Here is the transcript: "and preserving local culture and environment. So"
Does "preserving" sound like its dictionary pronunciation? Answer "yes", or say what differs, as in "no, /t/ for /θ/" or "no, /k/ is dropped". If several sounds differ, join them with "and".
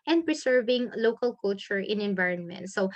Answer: no, /s/ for /z/